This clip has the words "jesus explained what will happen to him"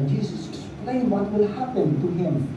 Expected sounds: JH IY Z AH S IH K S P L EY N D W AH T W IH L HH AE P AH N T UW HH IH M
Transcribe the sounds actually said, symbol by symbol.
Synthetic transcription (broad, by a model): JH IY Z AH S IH S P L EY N W AH T W IH L HH AE P AH N T UW HH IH M